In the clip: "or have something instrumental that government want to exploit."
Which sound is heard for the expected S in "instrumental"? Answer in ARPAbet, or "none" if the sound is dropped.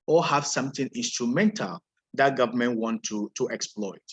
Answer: S